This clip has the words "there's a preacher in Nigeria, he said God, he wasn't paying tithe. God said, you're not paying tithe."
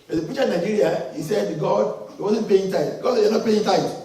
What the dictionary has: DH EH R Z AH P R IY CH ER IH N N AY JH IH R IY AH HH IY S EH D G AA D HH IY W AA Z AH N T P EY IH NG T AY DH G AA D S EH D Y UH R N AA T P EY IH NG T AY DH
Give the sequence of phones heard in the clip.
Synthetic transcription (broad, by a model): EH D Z AH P IY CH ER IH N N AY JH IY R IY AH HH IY S EH D G AA D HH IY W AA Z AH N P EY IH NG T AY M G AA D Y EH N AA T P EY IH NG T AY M